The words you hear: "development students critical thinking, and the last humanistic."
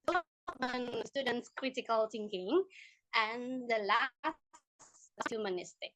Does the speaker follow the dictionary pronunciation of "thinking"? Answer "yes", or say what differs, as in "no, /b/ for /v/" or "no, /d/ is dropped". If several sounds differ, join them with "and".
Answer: no, /t/ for /θ/